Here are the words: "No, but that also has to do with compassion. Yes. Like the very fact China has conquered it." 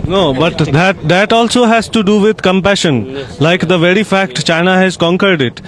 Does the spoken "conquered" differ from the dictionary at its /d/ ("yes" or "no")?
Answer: no